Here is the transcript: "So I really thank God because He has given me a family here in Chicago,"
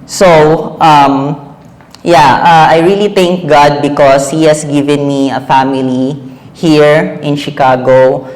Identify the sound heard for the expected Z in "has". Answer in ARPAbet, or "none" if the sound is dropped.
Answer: S